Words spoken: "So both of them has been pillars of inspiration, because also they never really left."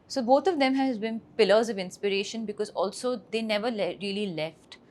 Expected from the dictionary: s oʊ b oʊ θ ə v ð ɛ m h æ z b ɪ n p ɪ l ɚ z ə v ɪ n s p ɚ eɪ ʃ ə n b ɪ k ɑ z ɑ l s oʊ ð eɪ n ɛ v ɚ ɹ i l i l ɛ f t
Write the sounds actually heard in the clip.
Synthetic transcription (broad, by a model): s oʊ b oʊ t ə v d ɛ m h æ z b ɪ n p ɪ l ɚ z ə v ɪ n s p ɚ eɪ ʃ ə n b ɪ k ɑ z ɑ l s oʊ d eɪ n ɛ v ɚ ɹ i l i l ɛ f t